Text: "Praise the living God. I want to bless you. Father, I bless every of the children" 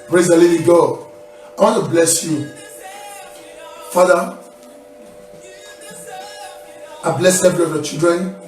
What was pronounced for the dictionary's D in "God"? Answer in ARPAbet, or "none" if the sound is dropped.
none